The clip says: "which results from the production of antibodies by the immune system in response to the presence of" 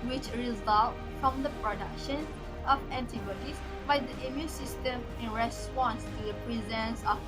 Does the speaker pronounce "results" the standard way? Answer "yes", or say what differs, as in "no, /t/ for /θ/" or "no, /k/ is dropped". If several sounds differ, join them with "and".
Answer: no, /s/ is dropped